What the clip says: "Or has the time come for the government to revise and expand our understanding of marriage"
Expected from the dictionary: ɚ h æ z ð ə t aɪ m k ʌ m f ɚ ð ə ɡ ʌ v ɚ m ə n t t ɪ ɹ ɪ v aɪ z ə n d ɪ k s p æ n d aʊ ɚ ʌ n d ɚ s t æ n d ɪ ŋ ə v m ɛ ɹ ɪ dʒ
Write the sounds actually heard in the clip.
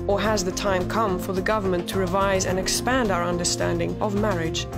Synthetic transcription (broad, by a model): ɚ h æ z ð ə t aɪ m k ʌ m f ɚ ð ə ɡ ʌ v ɚ m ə n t t ɪ ɹ ɪ v aɪ z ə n ɪ k s p æ n d aʊ ɚ ʌ n d ɚ s t æ n d ɪ ŋ ə v m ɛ ɹ ɪ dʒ